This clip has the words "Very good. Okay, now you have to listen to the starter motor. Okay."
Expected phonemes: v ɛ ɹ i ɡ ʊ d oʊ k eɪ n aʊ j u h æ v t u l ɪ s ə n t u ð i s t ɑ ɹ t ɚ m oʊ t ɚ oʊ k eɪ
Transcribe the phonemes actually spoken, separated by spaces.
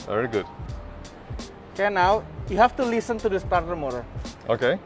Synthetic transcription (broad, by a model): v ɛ ɹ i ɡ ʊ d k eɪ n aʊ j u h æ f t u l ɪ s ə n t u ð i s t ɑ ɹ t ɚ m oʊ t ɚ oʊ k eɪ